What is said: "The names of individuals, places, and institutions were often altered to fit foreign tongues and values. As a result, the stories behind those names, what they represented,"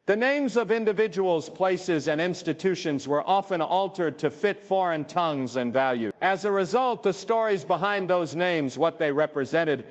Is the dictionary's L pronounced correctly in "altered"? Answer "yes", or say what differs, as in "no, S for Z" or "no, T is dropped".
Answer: yes